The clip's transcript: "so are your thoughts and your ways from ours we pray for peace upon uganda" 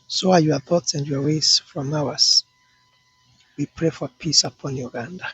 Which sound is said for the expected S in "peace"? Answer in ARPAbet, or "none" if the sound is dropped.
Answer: S